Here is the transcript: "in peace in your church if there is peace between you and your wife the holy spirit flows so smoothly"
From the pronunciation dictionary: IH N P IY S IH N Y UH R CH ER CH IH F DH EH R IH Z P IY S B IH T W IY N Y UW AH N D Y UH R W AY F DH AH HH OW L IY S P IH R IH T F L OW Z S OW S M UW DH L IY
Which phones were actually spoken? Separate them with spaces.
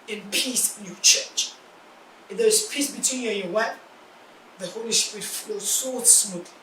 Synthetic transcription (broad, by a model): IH N P IY S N Y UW CH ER CH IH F DH EH R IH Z P IY S B IH T W IY N Y UW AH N Y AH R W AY P DH AH HH OW L IY S P R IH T F OW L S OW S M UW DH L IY